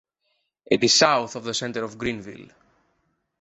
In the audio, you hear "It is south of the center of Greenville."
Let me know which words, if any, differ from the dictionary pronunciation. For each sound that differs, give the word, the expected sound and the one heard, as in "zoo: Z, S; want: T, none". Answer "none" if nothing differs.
none